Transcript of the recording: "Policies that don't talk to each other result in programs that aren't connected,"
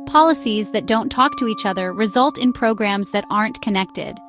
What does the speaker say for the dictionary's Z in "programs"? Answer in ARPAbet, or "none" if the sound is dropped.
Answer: Z